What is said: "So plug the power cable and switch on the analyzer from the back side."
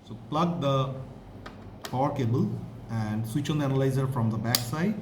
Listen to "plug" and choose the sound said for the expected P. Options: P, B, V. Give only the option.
P